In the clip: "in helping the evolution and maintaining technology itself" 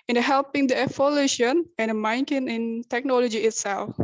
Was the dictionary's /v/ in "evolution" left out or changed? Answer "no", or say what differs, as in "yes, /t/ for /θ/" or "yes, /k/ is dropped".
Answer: yes, /f/ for /v/